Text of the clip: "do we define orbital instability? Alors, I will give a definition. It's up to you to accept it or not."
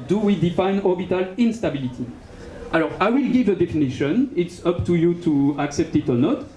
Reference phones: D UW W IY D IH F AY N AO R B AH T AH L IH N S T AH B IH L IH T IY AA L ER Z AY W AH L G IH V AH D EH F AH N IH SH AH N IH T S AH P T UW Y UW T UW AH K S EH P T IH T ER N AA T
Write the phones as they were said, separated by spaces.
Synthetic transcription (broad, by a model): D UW W IY D IH F AY N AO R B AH T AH L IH N S T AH B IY L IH T IY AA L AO AY W AH L G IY V AH D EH F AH N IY SH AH N IH T S AH P T UW Y UW T UW AH K S EH P T IH T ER N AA T